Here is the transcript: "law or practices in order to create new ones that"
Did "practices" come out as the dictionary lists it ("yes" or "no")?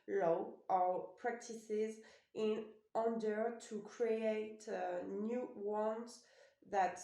yes